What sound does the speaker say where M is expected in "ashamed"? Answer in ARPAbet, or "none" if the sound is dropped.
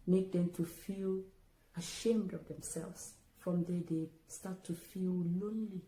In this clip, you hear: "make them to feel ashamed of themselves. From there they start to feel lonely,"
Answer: M